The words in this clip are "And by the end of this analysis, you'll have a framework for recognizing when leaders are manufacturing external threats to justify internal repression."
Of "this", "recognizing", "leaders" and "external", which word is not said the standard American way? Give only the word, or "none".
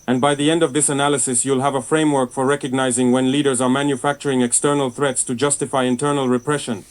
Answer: none